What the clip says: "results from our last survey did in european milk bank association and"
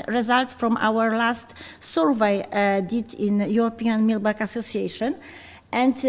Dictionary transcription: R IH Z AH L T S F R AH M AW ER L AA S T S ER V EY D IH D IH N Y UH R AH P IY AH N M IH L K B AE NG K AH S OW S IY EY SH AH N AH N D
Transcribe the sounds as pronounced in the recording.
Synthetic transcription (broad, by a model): R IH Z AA L T S F R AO M AW ER L AA S T S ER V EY D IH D IH N Y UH R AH P IY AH N M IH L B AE K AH S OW S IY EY SH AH N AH N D